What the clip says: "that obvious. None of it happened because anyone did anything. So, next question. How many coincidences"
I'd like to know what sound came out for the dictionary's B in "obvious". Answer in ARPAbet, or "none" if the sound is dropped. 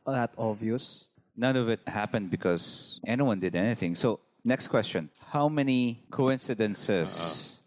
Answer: none